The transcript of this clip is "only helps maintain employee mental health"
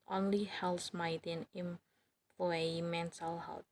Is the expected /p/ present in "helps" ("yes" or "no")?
no